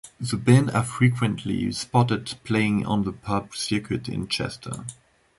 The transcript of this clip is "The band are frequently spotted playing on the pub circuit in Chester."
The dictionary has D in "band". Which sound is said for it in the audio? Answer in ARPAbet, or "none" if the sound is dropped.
none